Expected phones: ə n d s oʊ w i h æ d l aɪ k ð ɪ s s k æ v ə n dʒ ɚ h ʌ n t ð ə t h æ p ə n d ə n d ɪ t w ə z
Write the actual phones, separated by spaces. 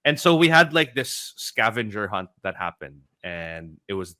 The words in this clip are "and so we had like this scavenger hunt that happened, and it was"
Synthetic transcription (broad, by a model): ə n s oʊ w i h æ d l aɪ k ð ɪ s s k æ v ə n dʒ ɚ h ʌ n t ð ə t h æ p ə n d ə n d ɪ t w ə z